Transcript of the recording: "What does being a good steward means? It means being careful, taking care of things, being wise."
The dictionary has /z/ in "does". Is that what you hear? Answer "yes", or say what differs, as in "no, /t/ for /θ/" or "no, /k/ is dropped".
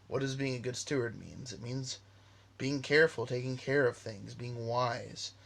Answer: yes